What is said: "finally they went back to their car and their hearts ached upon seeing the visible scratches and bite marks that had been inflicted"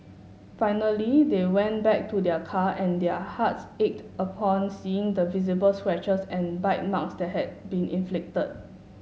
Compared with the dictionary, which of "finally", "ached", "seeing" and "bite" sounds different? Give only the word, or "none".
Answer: none